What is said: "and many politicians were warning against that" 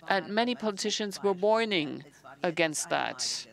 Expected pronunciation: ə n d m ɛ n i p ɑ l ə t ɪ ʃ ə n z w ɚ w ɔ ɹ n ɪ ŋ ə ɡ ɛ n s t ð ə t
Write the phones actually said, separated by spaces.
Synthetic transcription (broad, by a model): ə n m ɛ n i p ɑ l ə t ɪ ʃ ə n z w ɚ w ɔ ɹ n ɪ ŋ ə ɡ ɛ n s t ð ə t